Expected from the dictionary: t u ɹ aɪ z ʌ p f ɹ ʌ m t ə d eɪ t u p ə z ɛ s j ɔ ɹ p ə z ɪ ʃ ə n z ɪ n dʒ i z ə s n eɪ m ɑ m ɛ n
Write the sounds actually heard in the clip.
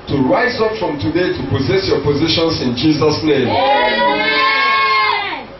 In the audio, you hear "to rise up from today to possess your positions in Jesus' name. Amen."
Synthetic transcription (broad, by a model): t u ɹ aɪ z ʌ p f ɹ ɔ m t ə d eɪ t u p ə z ɛ s j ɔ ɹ p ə z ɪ ʃ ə n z ɪ n dʒ i z ə s n eɪ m m